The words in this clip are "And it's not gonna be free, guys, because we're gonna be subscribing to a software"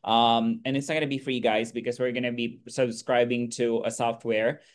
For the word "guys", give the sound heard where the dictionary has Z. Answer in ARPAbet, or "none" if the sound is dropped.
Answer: Z